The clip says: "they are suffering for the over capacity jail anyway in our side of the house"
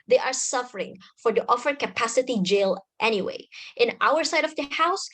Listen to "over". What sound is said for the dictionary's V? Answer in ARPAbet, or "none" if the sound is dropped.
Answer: F